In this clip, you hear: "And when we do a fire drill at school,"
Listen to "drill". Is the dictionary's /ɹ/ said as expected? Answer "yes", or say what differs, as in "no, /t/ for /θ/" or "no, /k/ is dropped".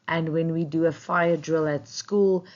yes